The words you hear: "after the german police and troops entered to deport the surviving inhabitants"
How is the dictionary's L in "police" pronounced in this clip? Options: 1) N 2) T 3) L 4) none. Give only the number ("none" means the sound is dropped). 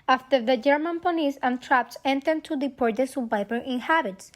1